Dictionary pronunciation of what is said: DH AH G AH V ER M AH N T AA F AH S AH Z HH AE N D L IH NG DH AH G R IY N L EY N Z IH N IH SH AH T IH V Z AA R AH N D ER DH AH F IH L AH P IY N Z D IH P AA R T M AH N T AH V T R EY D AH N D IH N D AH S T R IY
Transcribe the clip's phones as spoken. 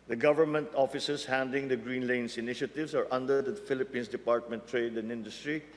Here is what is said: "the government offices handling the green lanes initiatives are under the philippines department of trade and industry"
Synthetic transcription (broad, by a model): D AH G AH V ER M AH N T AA F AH S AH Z HH AE N D L IH NG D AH G R IY N L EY N S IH N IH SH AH T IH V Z AA R AH N D ER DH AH F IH L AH P IY N S D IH P AA R T M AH N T T R EY D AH N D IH N D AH S T R IY